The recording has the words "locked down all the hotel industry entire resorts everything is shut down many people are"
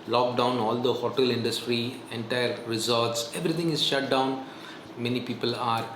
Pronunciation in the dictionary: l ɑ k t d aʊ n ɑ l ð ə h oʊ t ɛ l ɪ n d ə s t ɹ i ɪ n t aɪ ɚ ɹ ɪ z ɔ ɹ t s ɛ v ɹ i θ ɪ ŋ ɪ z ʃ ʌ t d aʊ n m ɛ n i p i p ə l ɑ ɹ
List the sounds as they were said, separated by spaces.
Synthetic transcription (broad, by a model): l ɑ k d aʊ n ɑ l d ə h oʊ t ɛ l ɪ n d ə s t ɹ i ɪ n t aɪ ɚ ɹ ɪ z ɔ ɹ t s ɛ v ɹ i t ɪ ŋ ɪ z ʃ ʌ t d aʊ n m ɛ n i p i p ə l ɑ ɹ